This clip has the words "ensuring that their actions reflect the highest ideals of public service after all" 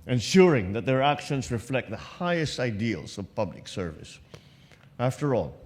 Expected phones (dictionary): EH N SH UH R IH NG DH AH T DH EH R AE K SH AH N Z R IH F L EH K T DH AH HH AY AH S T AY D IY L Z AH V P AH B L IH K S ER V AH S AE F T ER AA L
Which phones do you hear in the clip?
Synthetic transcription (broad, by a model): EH N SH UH R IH NG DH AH T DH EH R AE K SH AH N S R IH F L EH K T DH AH HH AY AH S T AY D IY L S AH V P AH B L IH K S ER V AH S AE F T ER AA L